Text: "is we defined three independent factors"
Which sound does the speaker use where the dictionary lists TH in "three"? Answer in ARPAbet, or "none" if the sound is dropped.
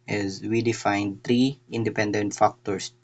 T